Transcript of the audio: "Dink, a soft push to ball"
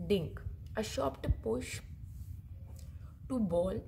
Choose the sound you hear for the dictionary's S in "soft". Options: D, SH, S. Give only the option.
SH